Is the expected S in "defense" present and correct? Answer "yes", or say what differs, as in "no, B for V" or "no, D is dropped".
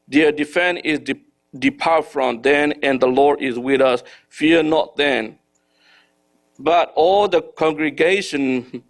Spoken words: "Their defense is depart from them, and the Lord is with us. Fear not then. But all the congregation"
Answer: no, S is dropped